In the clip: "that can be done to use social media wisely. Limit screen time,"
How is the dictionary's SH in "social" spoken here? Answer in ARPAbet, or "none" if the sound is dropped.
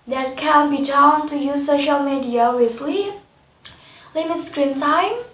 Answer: SH